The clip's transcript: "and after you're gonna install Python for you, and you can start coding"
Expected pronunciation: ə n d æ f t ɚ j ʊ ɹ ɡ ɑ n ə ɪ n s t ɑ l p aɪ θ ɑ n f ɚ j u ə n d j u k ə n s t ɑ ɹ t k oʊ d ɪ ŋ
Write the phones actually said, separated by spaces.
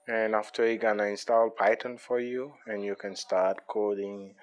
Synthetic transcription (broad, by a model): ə n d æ f t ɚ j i ɡ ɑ n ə ɪ n s t ɑ l p aɪ t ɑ n f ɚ j u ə n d j u k ə n s t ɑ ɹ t k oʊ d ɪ ŋ